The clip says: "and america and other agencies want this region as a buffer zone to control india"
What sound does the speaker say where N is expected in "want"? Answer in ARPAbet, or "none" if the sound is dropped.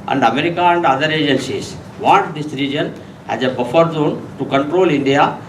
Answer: none